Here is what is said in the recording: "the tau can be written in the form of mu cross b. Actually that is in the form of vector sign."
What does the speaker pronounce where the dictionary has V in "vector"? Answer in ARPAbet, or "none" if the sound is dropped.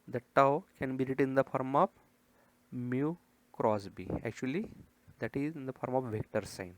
V